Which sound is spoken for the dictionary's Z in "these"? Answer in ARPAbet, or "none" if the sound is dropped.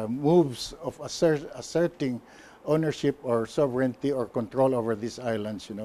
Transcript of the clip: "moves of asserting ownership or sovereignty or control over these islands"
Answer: S